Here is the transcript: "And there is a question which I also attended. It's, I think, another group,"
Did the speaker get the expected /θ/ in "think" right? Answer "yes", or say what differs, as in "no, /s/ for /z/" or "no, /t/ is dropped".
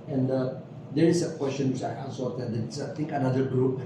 no, /t/ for /θ/